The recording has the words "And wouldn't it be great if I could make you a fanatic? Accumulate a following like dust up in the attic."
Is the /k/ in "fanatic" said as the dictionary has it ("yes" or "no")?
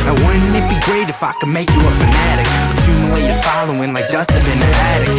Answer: yes